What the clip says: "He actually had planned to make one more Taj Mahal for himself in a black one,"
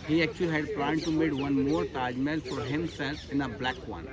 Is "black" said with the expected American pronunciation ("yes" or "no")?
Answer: yes